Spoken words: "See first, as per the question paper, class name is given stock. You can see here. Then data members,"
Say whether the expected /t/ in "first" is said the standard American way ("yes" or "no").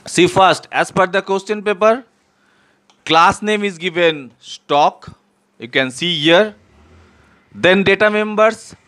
yes